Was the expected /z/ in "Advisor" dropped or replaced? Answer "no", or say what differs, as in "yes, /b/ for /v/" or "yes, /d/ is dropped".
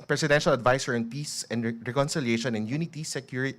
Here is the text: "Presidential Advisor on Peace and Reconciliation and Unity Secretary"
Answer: yes, /s/ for /z/